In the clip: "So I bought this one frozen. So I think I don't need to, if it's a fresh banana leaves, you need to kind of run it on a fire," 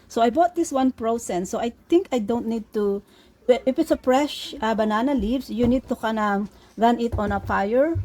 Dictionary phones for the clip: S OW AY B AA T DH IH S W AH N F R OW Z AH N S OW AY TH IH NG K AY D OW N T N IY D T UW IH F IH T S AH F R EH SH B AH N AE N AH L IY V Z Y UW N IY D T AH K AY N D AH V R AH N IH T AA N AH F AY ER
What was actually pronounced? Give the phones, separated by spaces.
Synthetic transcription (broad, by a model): S OW AY B AA T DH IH S W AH N P R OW S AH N S OW AY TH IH NG K AY D OW N T N IY D T UW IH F IH T S AH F R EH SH B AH N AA N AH L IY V S Y UW N IY D T AH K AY N AH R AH N IH T AA N AH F AY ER